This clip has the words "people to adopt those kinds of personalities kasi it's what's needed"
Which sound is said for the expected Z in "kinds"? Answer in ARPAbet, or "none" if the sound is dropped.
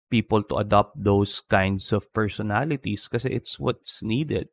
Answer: S